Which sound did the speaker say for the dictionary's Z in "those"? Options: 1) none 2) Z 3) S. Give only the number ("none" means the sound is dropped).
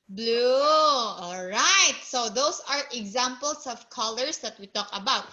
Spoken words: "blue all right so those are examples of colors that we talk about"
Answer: 3